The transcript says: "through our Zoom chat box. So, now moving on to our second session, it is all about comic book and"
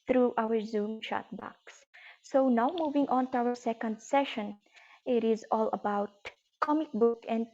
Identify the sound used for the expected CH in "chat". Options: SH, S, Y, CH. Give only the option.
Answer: SH